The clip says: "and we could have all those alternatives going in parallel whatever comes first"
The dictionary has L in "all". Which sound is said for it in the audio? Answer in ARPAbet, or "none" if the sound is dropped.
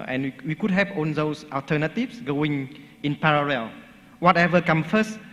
N